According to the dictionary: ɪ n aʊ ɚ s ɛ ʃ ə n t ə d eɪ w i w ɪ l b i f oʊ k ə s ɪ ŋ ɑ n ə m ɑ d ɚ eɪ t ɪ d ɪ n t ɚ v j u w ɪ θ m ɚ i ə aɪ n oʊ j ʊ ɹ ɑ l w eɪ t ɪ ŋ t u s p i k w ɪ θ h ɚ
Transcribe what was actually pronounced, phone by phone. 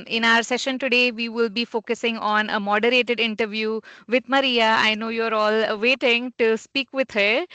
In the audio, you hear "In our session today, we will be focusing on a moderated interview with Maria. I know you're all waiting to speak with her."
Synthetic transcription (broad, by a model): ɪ n aʊ ɚ s ɛ ʃ ə n t ə d eɪ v i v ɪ l b i f oʊ k ə s ɪ ŋ ɑ n ə m ɑ d ɚ eɪ t ɪ d ɪ n t ɚ v j u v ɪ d m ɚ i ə aɪ n oʊ j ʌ ɹ ɑ l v eɪ t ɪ ŋ t u s p i k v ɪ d h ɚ